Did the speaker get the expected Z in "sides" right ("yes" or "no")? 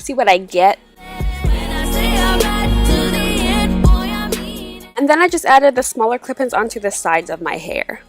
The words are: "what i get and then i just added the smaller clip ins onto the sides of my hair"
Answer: yes